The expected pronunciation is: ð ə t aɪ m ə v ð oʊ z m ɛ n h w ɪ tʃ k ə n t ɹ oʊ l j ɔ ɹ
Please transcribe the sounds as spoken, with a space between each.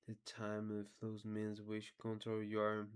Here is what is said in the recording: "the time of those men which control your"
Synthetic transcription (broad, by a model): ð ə t aɪ m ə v ð oʊ z m ɛ n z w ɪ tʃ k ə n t oʊ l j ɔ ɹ